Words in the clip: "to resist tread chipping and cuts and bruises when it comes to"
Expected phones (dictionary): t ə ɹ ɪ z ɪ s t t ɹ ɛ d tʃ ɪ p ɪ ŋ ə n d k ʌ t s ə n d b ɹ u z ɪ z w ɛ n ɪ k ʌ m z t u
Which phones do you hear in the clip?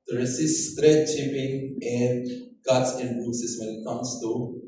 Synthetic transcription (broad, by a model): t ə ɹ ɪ s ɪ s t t ɹ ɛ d tʃ ɪ p ɪ ŋ ə n d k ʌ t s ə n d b u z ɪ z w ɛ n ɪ k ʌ m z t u